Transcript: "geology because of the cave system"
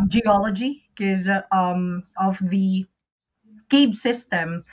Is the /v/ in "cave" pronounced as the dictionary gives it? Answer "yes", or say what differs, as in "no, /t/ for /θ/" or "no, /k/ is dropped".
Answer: no, /b/ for /v/